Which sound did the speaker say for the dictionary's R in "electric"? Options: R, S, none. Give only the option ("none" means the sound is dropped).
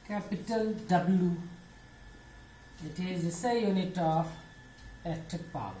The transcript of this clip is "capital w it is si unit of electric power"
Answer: none